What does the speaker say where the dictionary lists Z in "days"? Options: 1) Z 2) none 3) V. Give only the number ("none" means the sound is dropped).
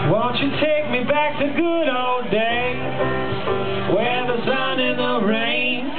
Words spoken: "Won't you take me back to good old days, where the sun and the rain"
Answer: 2